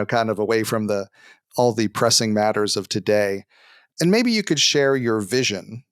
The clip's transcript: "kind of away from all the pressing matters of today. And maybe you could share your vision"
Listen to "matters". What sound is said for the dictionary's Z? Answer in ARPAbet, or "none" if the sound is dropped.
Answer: Z